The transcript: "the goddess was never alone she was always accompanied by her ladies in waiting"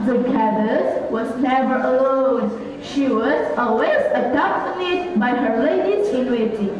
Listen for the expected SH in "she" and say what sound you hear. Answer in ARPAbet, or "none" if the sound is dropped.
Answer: SH